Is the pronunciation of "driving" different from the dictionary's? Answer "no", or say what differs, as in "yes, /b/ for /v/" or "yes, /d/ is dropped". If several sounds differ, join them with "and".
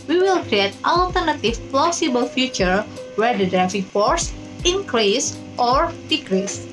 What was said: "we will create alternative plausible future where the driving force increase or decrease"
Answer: yes, /f/ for /v/